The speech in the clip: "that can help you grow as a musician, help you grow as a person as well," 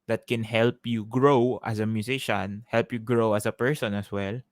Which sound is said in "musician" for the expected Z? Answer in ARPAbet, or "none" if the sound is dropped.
S